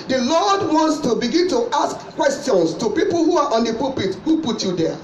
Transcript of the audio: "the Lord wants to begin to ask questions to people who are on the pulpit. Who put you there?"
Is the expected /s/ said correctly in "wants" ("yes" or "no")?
yes